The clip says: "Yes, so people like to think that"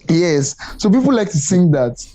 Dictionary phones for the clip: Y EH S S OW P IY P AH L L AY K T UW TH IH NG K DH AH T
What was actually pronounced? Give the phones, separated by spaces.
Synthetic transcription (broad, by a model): Y EH S S OW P IY P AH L L AY K T UW S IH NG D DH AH T